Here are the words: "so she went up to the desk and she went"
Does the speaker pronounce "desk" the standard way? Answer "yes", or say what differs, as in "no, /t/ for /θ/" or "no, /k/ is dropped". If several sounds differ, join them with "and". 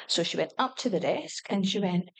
yes